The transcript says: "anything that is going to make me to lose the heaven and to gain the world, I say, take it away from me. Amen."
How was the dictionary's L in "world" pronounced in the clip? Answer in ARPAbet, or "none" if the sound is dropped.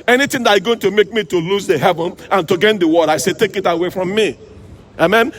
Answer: none